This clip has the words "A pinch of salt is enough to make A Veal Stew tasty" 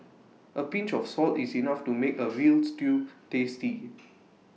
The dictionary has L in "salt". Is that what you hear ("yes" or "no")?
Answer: yes